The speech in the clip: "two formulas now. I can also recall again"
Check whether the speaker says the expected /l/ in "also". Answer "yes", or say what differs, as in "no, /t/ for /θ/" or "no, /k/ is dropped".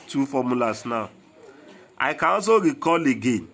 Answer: no, /l/ is dropped